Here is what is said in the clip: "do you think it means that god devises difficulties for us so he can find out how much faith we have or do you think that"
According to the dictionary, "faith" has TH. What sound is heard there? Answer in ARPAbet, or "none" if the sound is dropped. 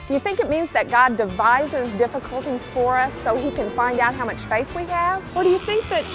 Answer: TH